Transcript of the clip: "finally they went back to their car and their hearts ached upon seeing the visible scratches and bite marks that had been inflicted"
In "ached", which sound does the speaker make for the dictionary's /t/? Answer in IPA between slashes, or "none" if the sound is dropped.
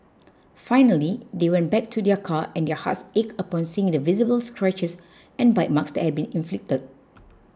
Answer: none